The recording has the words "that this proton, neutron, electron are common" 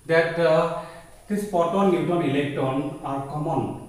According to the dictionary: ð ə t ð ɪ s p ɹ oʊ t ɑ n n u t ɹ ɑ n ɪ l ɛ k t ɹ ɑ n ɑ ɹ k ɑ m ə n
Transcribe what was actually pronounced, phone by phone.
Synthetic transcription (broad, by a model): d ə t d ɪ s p oʊ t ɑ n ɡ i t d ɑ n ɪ l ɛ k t ɑ n ɑ ɹ k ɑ m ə n